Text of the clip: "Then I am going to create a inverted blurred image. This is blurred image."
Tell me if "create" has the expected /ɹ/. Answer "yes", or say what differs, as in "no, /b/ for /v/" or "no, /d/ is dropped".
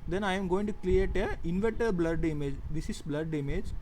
no, /l/ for /ɹ/